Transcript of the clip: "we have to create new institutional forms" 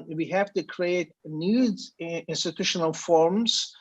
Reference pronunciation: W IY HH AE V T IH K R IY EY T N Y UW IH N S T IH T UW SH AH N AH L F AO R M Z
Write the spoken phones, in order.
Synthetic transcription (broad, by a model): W IY HH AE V T IH K R IY EY T N Y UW IH N S T IH T UW SH AH N AH L F AO R M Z